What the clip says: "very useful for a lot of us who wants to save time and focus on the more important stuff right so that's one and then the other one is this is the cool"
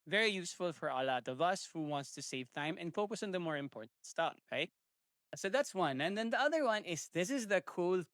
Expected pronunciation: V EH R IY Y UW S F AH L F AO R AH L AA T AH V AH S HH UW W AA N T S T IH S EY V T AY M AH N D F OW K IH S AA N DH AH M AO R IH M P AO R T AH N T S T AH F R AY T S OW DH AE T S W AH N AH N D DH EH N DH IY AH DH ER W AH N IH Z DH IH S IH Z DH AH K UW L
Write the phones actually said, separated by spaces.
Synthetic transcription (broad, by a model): V EH R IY Y UW S F AH L F AO R AH L AA T AH V AH S HH UW W AA N T S T IH S EY V T AY M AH N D F OW K IH S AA N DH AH M AO R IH M P AO R T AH N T S T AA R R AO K S OW DH AE T S W AH N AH N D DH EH N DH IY AH DH ER W AH N IH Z DH IH S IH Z DH AH K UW L